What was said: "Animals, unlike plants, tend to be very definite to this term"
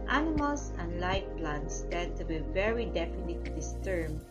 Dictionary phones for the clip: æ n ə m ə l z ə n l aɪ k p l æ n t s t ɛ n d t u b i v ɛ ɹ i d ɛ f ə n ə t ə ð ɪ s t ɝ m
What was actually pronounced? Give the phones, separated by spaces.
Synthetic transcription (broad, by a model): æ n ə m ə l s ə n l aɪ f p l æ n t s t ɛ d t u b i v ɛ ɹ i d ɛ f ə n ə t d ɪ s t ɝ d